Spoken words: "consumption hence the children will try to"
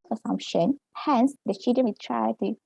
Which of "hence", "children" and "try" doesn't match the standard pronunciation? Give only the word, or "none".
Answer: children